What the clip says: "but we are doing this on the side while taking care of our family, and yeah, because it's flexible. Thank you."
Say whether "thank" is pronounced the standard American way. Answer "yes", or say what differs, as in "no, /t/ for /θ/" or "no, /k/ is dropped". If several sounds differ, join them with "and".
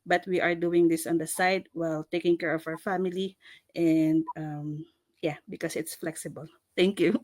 no, /t/ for /θ/